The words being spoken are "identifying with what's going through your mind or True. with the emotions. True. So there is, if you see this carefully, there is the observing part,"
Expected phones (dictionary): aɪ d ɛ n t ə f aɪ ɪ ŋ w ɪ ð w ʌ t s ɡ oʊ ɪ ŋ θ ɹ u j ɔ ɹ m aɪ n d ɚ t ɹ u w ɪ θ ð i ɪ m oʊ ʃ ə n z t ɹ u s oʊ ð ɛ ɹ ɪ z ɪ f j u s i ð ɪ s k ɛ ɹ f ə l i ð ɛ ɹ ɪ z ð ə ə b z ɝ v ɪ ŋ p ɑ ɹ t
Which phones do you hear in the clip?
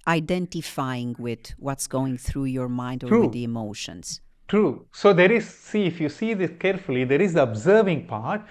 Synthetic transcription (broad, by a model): aɪ d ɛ n t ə f aɪ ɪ ŋ w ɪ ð w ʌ t s ɡ oʊ ɪ ŋ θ ɹ u j ɔ ɹ m aɪ n d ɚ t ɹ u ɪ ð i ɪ m oʊ ʃ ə n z t ɹ u s oʊ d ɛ ɹ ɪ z ɪ f j u s i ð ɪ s k ɛ ɹ f ə l i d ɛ ɹ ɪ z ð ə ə b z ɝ v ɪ ŋ p ɑ ɹ t